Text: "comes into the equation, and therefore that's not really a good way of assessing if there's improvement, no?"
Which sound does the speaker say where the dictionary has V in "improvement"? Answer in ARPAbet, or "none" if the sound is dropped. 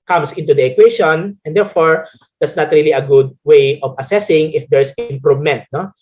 none